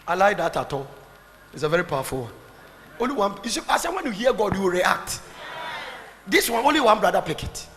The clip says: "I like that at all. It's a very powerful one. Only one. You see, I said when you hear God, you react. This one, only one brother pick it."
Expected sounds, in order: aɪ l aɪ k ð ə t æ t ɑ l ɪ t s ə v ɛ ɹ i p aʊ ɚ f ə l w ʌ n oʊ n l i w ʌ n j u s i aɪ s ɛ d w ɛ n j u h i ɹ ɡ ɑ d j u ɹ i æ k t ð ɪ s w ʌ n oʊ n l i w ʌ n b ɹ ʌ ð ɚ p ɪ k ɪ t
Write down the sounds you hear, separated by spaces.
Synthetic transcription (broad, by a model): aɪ l aɪ k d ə t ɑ t ɑ l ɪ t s ə v ɛ ɹ i p aʊ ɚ f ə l w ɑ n oʊ n l i w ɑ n j u s i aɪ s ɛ w ɛ n j u h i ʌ ɡ ɑ d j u ɹ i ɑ k t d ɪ s w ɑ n oʊ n l i w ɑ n b ɹ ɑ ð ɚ p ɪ k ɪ t